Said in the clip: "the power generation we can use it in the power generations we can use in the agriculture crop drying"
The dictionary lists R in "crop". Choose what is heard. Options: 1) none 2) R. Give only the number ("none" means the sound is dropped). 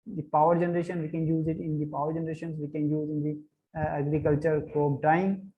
1